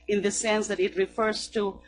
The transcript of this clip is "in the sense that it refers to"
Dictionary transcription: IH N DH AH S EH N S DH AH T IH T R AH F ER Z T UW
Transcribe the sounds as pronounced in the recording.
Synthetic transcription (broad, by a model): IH N DH AH S EH N S DH AH T IH T R AH F ER Z T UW